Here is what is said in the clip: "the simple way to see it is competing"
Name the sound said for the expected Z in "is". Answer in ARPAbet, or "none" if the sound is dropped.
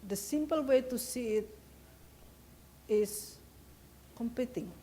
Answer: S